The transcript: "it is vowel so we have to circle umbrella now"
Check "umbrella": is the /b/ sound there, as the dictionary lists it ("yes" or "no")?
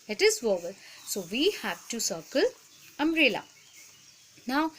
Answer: no